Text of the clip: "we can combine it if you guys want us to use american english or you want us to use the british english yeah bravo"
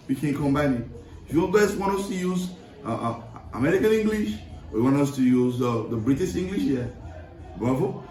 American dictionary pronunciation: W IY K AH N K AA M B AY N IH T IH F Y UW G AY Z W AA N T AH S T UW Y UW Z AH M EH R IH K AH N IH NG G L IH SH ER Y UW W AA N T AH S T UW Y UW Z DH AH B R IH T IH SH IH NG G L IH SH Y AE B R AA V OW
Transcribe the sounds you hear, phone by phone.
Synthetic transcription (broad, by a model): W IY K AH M K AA M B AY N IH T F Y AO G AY S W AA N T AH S T UW Y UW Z AH M EH R IH K AH N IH NG G L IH SH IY W AA N T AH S T UW Y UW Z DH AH B R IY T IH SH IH NG G L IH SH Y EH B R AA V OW